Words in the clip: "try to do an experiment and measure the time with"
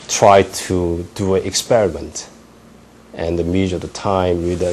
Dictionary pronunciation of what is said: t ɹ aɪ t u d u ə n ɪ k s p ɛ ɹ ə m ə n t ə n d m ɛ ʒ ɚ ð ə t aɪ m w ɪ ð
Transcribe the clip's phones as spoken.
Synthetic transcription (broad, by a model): t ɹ aɪ t u d u ə n ɪ k s p ɛ ɹ ə m ə n t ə n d m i z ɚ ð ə t aɪ m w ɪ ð